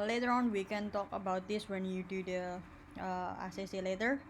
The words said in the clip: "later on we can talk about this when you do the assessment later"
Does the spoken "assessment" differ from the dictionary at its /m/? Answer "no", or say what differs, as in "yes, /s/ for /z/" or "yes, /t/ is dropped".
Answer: yes, /m/ is dropped